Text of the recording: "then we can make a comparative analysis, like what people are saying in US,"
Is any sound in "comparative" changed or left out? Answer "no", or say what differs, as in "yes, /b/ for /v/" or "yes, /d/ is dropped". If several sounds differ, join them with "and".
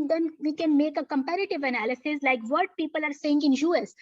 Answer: no